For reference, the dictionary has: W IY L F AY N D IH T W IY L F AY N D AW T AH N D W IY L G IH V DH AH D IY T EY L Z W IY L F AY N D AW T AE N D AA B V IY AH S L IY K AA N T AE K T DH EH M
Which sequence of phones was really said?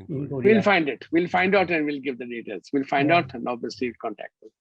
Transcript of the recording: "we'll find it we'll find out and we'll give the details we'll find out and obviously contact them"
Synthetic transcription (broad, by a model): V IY L F AY N D IH T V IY L F AY N D AW T AH N D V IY L G IH V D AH D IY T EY L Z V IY L F AY N D AW T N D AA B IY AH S IY K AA N T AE K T